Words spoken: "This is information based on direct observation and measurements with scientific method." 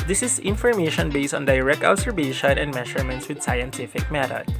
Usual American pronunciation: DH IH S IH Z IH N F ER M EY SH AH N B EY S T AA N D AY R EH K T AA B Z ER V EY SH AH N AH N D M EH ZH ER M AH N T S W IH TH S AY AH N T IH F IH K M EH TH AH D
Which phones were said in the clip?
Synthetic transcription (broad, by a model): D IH S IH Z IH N F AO M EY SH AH N B EY S T AA N D AY R EH K T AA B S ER B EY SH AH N AH N D M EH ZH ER M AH N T S W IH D S AY AH N T IH F IH K M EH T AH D